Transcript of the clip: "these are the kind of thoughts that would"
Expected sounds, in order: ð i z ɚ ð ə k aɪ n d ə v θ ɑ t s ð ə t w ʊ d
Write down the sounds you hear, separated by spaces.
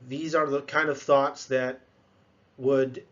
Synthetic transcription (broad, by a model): ð i z ɚ ð ə k aɪ n d ə v θ ɑ t s ð ə t w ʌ d